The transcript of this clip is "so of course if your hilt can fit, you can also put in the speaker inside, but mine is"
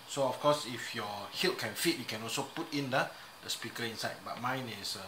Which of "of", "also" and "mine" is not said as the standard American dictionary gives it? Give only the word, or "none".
of